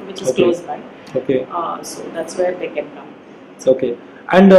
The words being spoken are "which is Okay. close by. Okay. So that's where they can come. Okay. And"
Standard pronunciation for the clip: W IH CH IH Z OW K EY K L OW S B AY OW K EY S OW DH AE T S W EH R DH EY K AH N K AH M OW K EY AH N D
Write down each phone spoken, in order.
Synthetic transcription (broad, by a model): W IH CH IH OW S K OW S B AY OW K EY S OW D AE T S W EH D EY K AH N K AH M OW K EY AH N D